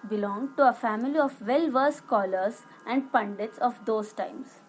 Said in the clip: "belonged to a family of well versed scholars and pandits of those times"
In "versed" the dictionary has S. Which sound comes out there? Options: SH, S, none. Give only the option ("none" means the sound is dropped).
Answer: none